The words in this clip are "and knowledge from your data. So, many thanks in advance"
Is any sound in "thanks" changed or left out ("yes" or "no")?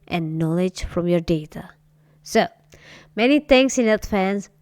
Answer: yes